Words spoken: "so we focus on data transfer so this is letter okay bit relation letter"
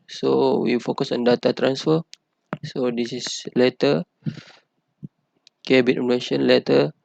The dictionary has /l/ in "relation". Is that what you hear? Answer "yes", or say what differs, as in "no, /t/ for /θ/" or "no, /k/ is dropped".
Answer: no, /n/ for /l/